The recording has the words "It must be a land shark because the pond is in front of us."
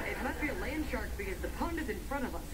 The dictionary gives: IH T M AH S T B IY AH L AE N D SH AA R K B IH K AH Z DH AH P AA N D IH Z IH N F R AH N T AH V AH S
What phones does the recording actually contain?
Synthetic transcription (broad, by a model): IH T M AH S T B IY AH L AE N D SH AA R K B IH K AH Z DH AH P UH N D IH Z IH N F R AH T AH V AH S